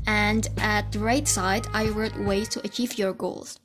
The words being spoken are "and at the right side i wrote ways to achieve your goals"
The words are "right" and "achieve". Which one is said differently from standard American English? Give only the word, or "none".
none